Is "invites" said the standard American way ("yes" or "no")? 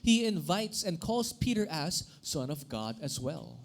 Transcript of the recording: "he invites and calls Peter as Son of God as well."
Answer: yes